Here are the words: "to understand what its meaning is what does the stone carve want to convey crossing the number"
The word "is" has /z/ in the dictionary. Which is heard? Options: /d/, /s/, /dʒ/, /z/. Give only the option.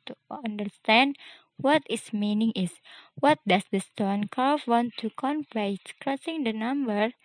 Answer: /s/